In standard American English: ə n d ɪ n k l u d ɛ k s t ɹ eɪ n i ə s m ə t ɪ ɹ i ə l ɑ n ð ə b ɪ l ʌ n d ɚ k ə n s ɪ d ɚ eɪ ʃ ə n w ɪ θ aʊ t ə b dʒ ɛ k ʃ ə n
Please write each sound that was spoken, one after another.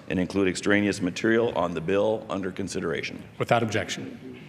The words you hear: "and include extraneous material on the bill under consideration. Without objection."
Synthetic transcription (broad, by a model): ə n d ɪ n k l u d ɛ k s t ɹ eɪ n i ə s m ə t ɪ ɹ i l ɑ n ð ə b ɪ l ʌ n d ɚ k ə n s ɪ d ɚ eɪ ʃ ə n w ɪ θ aʊ t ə b dʒ ɛ k ʃ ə n